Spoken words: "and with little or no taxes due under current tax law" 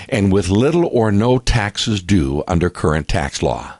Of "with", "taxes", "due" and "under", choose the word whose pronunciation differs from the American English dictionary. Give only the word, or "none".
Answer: none